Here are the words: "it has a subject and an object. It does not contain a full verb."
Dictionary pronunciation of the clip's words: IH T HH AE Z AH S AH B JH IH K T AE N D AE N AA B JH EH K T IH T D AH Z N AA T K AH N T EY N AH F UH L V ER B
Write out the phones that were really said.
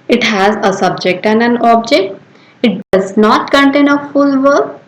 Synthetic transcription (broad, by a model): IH T HH AE Z AH S AH B JH IH K T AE N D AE N AA B JH EH K T IH T D AH Z N AA T K AH N T EY N AH F UH L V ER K